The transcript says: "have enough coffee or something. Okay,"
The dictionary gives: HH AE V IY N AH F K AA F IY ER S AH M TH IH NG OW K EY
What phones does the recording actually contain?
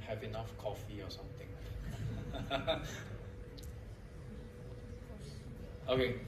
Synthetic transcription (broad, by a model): HH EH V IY N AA F K AA F IY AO S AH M T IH NG OW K EY